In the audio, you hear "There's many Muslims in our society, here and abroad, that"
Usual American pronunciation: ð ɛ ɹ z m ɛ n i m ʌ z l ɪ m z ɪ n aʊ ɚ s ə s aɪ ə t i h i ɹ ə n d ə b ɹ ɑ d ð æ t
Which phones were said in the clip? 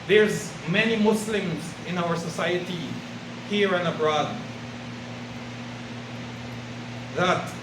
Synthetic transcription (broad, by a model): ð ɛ ɹ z m ɛ n i m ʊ s l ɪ m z ɪ n aʊ ɚ s ə s aɪ ə t i h i ɹ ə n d ə b ɹ ɑ d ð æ t